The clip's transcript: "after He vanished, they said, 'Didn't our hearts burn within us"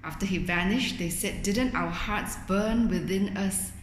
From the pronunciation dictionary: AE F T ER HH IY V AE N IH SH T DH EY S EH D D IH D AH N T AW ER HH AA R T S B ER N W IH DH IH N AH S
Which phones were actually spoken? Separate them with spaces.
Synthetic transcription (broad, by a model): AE F T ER HH IY V AE N IH SH T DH EY S EH D D IH D AH N T AW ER HH AA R T S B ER N W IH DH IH N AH S